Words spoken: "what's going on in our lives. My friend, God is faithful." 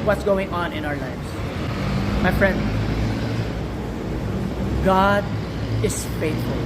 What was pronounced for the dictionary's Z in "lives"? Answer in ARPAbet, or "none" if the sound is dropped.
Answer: S